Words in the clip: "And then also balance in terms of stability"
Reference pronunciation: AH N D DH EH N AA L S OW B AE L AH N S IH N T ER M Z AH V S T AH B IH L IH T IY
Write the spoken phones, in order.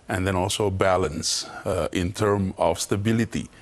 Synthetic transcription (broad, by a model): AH N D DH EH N AA L S OW B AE L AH N S IH N T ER M AH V S T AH B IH L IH T IY